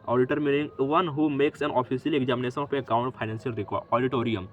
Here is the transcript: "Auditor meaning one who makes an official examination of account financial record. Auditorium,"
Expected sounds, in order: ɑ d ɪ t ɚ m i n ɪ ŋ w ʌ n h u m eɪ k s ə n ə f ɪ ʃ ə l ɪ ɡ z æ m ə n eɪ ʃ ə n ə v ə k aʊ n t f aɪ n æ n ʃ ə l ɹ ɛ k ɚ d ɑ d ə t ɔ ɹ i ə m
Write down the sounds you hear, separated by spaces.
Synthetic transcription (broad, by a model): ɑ d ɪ t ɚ m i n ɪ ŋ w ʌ n h u m eɪ k s ə n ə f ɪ s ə l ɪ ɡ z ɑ m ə n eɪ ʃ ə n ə p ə k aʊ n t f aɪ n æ n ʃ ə l ɹ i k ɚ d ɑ d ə t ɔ ɹ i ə m